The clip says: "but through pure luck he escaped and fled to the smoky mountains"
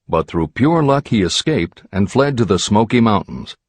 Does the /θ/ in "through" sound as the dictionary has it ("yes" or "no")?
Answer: yes